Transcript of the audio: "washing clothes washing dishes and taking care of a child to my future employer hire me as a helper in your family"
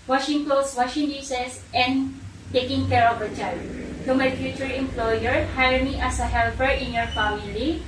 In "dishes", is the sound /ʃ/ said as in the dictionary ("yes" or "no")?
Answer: no